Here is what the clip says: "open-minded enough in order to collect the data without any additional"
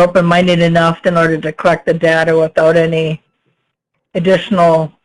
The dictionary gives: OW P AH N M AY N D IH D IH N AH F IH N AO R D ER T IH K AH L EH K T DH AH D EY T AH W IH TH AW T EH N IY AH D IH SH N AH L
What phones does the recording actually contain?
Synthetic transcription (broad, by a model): OW P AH N M AY N D IH D IH N AH F IH N AO R D ER T IH K AH L EH K T DH AH D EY T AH W IH TH AW T EH N IY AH D IH SH N L